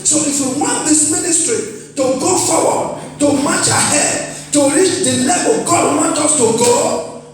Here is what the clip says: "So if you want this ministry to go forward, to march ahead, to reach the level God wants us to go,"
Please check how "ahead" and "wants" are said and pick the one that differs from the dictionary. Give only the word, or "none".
wants